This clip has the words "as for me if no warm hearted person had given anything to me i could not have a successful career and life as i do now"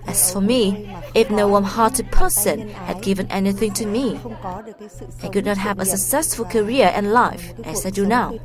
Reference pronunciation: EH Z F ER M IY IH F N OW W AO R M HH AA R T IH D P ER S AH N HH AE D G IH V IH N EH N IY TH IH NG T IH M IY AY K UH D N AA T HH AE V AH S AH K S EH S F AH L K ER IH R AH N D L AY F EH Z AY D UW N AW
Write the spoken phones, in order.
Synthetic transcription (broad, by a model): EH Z F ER M IY IH F N OW W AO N HH AA R T IH D P ER S AH N HH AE D G IH V IH N EH N IY TH IH NG T IH M IY AY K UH D N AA T HH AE V AH S AH K S EH S F AH L K ER IH R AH N L AY F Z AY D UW N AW